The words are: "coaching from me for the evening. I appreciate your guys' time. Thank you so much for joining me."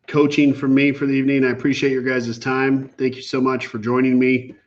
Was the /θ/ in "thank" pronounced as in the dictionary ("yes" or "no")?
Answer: yes